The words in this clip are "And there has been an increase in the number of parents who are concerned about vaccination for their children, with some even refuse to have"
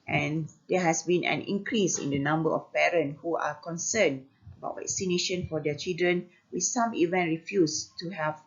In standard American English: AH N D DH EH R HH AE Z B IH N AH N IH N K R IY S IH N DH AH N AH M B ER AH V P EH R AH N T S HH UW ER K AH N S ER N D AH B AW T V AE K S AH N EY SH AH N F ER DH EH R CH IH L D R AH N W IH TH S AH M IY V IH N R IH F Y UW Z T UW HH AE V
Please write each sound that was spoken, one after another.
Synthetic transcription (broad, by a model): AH N D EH HH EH S B IH N AH N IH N K R IY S IH N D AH N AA M B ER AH F P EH R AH N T HH UW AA K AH N S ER N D AH B AW T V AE K S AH N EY SH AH N F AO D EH CH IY L D R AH N W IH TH S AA M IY V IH N R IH F Y UW S T UW HH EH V